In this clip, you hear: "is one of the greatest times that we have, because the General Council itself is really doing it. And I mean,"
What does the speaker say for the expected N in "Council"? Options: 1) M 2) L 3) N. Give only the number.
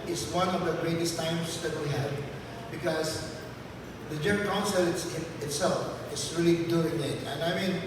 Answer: 2